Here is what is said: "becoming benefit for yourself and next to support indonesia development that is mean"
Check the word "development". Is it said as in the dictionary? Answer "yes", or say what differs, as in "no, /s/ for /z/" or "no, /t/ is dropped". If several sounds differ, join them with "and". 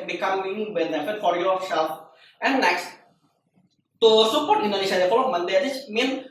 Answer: no, /f/ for /v/